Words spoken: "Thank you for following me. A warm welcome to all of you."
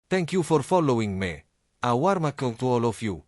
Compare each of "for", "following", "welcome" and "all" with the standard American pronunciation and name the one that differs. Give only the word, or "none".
welcome